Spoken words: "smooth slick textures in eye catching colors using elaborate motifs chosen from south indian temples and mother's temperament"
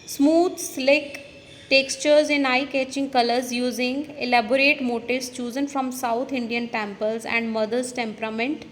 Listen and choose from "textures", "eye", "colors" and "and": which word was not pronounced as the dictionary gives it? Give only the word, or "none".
none